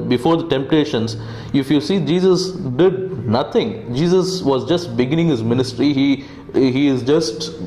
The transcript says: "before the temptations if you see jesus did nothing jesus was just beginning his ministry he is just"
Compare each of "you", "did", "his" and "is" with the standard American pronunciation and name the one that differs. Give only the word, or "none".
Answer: none